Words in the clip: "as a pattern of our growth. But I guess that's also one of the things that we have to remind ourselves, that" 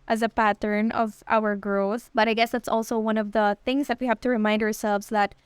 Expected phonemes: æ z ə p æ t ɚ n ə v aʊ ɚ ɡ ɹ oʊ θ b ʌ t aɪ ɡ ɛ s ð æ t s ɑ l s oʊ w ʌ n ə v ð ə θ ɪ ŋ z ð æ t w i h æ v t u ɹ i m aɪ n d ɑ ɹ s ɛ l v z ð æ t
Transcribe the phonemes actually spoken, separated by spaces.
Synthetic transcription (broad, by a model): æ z ə p æ t ɚ n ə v aʊ ɚ ɡ oʊ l b ʌ t aɪ ɡ ɛ s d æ t s ɑ l s oʊ w ʌ n ə v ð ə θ ɪ ŋ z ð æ t w i h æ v t u ɹ i m aɪ n d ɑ ɹ s ɛ l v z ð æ t